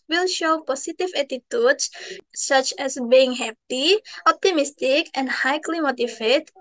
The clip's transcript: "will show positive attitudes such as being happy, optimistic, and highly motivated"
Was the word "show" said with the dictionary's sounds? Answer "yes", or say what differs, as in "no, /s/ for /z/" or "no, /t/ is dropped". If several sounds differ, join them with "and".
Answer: yes